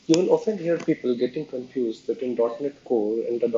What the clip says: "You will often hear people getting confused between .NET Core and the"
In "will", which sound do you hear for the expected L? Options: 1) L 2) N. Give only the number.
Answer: 2